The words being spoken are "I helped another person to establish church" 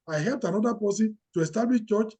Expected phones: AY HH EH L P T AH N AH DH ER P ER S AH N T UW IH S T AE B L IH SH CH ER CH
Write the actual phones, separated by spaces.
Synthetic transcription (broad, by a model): AY HH EH L P T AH N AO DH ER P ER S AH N T UW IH S T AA B L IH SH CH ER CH